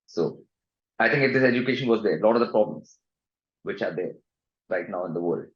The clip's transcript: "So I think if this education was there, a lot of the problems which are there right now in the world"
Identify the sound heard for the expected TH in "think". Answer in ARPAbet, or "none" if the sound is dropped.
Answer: T